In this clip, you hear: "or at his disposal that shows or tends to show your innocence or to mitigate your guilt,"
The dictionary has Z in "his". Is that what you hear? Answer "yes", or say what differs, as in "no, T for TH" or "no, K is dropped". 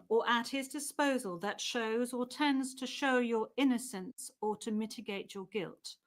yes